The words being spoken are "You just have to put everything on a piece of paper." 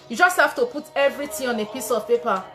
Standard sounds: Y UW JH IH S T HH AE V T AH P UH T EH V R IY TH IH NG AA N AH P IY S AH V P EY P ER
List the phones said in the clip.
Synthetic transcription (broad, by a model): Y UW JH IH S T HH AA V T AH P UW T EH V R IY T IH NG AA N AH P IY S AH V P EY P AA